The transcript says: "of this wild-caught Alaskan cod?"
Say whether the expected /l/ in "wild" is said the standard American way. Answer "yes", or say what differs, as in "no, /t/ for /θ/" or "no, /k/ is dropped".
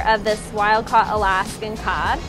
yes